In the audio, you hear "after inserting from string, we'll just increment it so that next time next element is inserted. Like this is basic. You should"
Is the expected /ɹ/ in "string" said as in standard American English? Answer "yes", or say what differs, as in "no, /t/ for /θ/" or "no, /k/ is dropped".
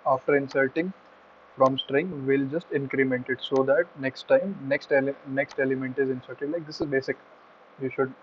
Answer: yes